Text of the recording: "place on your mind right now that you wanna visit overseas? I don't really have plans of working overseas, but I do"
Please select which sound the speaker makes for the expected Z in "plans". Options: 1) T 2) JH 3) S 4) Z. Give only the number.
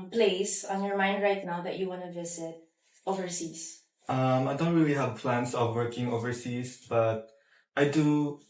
3